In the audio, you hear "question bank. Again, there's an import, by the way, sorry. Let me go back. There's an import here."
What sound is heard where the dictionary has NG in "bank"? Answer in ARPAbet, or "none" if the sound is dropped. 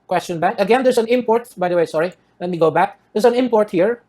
none